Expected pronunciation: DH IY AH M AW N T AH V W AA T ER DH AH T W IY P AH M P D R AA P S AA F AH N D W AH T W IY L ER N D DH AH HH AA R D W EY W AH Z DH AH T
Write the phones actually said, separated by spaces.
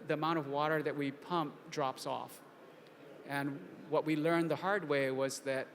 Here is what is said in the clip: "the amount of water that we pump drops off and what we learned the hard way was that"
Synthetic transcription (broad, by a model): DH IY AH M AW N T AH V W AA T ER DH AH T W IY P AH M P D R AA P S AA F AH N W AH T W IY L ER N DH AH HH AA R D W EY W AH Z DH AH T